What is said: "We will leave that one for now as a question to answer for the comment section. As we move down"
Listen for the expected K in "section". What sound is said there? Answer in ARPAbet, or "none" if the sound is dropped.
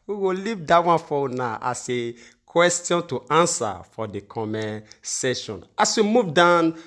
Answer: none